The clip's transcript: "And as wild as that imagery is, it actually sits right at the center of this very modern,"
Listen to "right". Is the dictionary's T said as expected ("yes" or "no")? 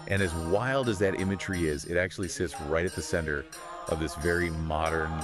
yes